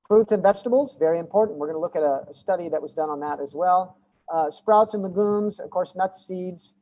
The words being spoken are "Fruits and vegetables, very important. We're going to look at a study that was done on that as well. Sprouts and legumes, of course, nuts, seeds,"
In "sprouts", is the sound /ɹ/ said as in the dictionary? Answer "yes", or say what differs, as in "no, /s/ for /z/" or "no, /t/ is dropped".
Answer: yes